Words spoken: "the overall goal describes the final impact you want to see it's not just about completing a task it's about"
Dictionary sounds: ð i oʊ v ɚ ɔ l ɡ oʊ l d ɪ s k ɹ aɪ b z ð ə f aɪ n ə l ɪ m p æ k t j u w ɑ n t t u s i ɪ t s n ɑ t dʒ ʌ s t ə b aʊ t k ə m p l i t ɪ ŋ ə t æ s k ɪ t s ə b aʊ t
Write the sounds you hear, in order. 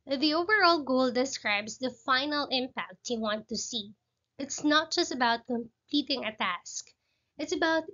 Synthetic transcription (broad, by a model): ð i oʊ v ɚ ɔ l ɡ oʊ l d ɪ s k ɹ aɪ b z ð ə f aɪ n ə l ɪ m p æ k t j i w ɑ n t t u s i ɪ t s n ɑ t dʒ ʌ s t ə b aʊ t k ə m p l i t ɪ ŋ ə t æ s k ɪ t s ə b aʊ t